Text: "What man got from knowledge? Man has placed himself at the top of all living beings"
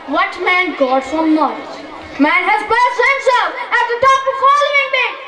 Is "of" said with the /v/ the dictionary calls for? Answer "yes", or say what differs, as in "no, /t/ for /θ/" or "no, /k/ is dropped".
no, /f/ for /v/